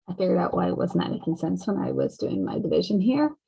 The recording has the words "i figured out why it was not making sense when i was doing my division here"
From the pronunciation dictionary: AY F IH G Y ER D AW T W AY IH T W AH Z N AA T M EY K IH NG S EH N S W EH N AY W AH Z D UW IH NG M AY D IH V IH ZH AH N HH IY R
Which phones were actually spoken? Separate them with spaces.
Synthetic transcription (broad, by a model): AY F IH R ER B AW T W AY IH T W AH Z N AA T M EY K IH NG S EH N S W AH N AY W AH Z D UW IH NG M AY D IH V IH ZH AH N HH IY R